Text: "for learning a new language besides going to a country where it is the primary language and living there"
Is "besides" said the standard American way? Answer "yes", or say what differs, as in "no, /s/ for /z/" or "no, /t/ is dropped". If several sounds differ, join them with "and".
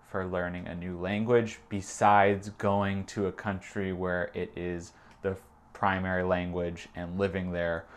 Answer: yes